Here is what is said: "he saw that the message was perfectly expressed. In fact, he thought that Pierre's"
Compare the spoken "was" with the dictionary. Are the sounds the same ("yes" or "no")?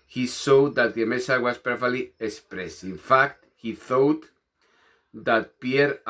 no